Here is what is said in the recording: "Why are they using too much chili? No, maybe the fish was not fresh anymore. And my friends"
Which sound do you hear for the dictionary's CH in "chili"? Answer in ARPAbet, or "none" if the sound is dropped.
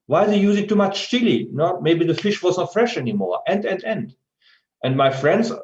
S